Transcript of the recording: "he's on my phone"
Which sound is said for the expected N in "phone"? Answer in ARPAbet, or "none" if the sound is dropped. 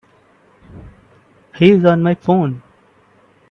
N